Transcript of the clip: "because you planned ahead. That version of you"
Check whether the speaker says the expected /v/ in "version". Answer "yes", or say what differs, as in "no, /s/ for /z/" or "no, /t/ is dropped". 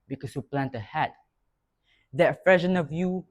no, /f/ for /v/